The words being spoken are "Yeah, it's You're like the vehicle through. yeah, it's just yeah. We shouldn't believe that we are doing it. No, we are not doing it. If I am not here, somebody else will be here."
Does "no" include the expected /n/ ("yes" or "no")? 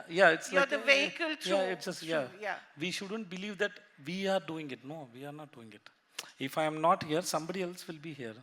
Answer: yes